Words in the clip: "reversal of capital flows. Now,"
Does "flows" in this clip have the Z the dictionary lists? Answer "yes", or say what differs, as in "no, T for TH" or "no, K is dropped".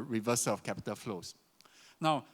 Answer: no, S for Z